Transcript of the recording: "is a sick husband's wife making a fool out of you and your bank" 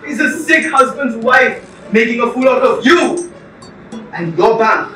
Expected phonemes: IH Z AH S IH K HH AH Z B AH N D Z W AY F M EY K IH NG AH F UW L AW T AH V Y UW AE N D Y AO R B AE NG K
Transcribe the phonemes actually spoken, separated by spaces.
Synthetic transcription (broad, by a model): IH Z AH S IH K HH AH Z B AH N D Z W AY F M EY K IH NG AH F UW L AW T AH V Y UW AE N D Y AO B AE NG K